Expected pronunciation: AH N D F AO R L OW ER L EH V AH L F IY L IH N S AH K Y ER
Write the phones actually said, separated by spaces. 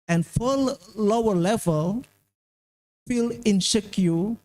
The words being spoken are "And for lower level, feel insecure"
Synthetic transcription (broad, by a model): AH N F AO L L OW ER L EH V AH L F IY L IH N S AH K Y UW